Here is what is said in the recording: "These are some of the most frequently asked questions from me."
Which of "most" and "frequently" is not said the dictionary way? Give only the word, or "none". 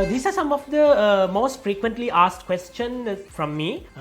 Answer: none